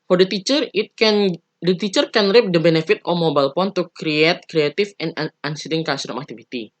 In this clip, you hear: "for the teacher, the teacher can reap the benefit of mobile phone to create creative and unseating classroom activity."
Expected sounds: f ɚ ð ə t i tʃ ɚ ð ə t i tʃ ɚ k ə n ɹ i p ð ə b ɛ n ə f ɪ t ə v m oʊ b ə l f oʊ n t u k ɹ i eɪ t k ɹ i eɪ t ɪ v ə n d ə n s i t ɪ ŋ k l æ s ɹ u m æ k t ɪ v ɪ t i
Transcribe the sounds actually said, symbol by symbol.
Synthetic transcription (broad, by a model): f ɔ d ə t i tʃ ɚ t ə t i tʃ ɚ k ə n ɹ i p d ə b ɛ n ə f ɪ t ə m oʊ b ə l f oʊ n t u k ɹ i eɪ t k ɹ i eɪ t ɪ f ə n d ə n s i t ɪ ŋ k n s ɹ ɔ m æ k t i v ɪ t i